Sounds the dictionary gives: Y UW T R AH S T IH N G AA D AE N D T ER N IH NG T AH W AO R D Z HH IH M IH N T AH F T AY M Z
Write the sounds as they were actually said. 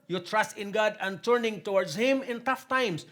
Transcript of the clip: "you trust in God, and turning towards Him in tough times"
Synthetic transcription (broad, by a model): Y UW T R AH S T IH N G AA D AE N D T ER N IH NG T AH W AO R D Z HH IH M IH N T AH F T AY M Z